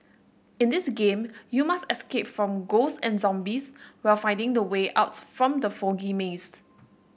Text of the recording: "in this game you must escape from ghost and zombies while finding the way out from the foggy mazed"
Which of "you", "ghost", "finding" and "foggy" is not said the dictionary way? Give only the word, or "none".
ghost